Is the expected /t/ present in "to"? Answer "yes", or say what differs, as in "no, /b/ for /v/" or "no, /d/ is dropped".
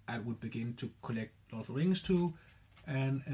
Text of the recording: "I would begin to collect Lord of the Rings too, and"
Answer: yes